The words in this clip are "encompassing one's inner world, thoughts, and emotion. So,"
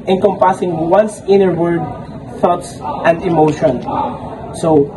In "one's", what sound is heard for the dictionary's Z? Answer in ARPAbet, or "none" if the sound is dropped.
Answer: S